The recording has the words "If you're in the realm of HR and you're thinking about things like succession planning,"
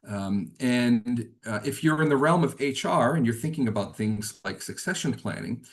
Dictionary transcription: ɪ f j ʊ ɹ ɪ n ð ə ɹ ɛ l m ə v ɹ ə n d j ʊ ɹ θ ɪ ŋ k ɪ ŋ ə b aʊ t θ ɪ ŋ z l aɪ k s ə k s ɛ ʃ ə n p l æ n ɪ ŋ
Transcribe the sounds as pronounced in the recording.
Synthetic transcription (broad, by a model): ɪ f j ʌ ɹ ɪ n ð ə ɹ ɛ l m ə v ɹ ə n j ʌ ɹ θ ɪ ŋ k ɪ ŋ ə b aʊ t θ ɪ ŋ z l aɪ k s ə k s ɛ ʃ ə n p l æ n ɪ ŋ